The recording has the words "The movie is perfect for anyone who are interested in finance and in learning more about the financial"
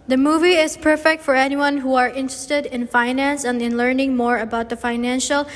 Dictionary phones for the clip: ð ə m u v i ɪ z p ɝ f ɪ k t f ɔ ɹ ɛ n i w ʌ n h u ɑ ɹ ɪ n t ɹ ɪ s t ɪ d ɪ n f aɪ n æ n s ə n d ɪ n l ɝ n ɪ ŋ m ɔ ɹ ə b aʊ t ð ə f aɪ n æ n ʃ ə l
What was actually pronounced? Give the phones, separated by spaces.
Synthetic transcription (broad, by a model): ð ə m u v i ɪ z p ɝ f ɪ k t f ɔ ɹ ɛ n i w ʌ n h u ɑ ɹ ɪ n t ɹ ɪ s t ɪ d ɪ n f aɪ n æ n s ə n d ɪ n l ɝ n ɪ ŋ m ɔ ɹ ə b aʊ t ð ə f aɪ n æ n ʃ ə l